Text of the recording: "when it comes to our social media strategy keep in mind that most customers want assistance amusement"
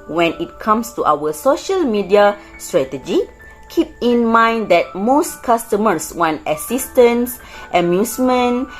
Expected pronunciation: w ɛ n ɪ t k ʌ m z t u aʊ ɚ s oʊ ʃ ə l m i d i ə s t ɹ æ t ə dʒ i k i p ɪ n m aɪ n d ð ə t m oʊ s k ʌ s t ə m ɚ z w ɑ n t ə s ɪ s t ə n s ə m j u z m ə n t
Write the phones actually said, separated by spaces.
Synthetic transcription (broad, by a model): w ɛ n ɪ t k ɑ m s t u aʊ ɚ s oʊ ʃ ə l m i d i ə s t ɹ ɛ t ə dʒ i k i p ɪ n m aɪ n d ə t m oʊ s k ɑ s t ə m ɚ s w ɑ n t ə s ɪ s t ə n s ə m j u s m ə n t